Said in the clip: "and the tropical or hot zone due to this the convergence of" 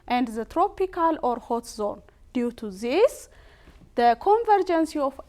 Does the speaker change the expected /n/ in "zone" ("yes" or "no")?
no